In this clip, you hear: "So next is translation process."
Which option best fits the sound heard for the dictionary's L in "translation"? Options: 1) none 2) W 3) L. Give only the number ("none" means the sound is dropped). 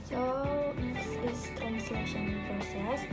3